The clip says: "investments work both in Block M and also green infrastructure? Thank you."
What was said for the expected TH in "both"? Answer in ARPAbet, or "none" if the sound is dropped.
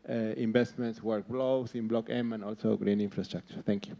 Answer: S